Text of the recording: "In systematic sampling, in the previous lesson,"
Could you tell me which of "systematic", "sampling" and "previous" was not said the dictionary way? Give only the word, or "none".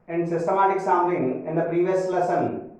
sampling